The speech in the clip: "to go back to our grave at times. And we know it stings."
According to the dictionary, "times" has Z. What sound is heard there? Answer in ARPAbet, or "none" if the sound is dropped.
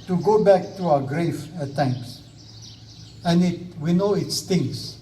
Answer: S